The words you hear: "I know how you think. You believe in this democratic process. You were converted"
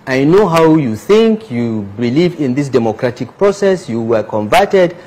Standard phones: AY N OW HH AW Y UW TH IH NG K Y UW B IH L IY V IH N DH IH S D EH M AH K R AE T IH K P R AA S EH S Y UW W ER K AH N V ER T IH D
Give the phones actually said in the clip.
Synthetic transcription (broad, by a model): AY N OW HH AW Y UW TH IH NG K Y UW B IH L IY V IH N DH IH S D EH M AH K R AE T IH K P R AA S EH S Y UW W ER K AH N V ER T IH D